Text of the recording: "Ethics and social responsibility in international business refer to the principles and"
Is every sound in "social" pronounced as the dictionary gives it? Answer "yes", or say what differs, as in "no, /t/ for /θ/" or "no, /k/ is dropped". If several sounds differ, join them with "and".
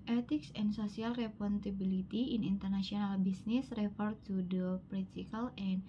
no, /s/ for /ʃ/